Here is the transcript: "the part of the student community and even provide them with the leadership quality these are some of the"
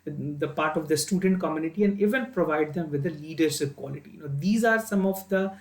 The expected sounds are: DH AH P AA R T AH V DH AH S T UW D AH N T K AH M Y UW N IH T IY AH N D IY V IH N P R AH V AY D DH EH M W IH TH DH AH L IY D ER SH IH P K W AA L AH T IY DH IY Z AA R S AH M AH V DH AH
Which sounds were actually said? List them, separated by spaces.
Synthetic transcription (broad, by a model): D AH P AA R T AH V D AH S T UW D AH N T K AH M Y UW N IH T IY AH N D IY V IH N P R AH V AY D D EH M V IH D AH L IY D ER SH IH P K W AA L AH T IY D IY Z AA R S AH M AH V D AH